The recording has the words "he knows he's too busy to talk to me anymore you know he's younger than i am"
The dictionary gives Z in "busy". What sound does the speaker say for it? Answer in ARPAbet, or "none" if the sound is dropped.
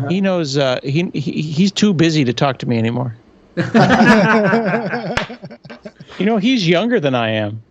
Z